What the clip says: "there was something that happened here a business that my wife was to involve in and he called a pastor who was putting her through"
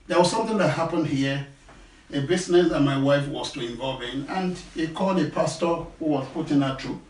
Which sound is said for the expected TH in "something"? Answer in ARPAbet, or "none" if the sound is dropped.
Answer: TH